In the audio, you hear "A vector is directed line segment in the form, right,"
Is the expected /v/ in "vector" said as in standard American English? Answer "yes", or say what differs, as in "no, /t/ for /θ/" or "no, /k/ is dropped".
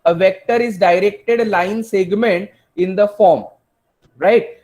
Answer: yes